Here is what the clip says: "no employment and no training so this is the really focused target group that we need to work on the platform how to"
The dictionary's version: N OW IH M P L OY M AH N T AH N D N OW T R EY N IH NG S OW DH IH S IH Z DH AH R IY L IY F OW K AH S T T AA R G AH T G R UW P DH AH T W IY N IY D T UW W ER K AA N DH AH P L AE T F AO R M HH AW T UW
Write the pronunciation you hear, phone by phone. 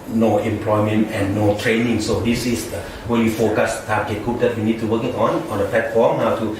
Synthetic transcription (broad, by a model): N OW IH M P L OY M AH N T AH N N OW T R EY N IH NG S OW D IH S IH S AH W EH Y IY F OW K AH S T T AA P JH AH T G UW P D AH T W IY N IY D T UW W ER K AA N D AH P L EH T F AO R M HH AW T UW